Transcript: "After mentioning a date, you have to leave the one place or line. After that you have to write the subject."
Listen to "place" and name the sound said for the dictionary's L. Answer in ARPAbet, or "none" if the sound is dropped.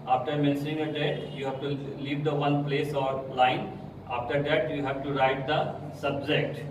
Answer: L